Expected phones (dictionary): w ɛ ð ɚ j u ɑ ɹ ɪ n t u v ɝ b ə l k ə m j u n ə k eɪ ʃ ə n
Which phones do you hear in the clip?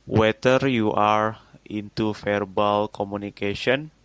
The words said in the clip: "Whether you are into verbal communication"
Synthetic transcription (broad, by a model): w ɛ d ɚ j u ɑ ɹ ɪ n t u f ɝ b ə l k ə m u n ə k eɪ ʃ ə n